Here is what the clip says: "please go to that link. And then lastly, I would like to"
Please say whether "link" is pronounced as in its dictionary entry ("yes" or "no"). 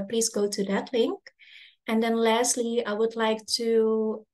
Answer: yes